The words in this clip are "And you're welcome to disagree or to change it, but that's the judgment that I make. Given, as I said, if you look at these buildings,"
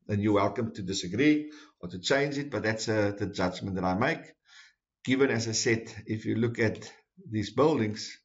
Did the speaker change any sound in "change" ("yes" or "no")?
no